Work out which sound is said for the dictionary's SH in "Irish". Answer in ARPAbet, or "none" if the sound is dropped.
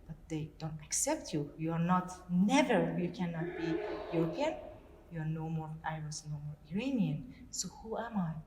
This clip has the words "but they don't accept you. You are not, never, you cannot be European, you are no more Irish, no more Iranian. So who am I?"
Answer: S